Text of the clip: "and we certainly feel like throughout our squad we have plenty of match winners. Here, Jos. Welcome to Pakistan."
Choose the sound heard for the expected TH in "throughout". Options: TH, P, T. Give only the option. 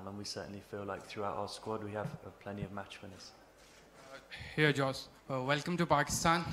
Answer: TH